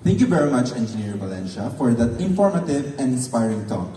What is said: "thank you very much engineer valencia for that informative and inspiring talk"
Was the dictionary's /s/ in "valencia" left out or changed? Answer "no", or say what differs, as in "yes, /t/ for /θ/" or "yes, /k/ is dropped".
yes, /ʃ/ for /s/